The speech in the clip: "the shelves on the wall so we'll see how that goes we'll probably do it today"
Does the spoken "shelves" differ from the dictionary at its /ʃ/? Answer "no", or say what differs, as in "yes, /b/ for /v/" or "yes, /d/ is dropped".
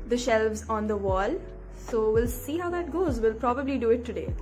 no